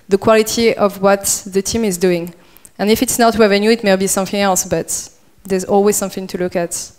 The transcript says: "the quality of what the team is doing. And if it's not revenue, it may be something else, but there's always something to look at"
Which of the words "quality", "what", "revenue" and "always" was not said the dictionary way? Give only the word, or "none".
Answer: revenue